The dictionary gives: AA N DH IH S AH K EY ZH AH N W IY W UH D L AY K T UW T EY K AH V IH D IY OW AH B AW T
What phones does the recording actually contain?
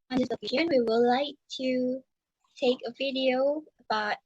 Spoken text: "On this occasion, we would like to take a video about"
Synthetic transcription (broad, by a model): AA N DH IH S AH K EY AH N W IY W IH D L AY K T UW T EY K AH V IH D IY OW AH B AW T